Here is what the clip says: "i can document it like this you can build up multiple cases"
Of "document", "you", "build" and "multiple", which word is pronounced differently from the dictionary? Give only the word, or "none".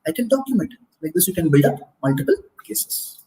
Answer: build